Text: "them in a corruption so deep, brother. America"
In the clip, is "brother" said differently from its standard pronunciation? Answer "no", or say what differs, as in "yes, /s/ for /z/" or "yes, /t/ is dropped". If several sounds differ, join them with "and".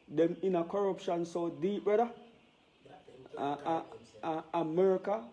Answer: yes, /ɹ/ is dropped